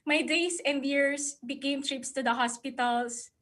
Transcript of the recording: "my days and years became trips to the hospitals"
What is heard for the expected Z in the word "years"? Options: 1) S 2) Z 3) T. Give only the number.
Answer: 1